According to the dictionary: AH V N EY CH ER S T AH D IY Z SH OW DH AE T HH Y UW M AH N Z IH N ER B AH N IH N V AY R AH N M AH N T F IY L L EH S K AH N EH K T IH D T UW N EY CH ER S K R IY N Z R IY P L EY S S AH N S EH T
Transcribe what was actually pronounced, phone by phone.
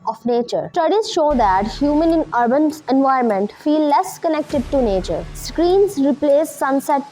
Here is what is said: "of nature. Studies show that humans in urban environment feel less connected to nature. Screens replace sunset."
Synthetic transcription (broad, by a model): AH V N EY CH ER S T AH D IY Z SH OW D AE T HH Y UW M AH N IH N ER B AH N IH N V AY AH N M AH N T F IY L L EH S K AH N EH K T IH D T UW N EY CH ER S K R IY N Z R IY P L EY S S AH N S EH T